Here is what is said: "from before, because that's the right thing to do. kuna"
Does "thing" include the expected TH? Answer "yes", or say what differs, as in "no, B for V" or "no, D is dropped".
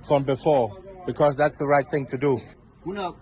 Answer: yes